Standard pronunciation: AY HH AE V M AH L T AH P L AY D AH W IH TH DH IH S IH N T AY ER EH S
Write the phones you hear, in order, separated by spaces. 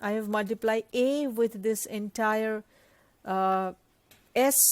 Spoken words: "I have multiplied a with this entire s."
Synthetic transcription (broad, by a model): AY HH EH V M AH L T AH P L AY AH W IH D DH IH S IH N T AY ER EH S